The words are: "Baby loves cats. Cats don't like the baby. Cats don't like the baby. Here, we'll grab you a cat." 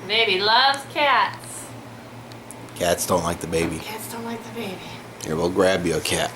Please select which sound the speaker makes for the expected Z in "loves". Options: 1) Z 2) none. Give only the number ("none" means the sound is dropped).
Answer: 2